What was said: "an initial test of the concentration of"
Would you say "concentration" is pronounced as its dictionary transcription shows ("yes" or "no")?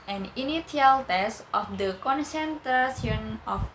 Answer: no